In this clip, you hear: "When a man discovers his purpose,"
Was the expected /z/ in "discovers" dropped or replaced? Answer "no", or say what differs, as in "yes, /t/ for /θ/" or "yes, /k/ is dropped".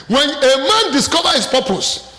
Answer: yes, /z/ is dropped